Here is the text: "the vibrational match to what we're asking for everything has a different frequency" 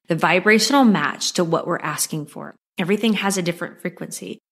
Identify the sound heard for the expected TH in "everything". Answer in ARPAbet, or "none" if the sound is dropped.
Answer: TH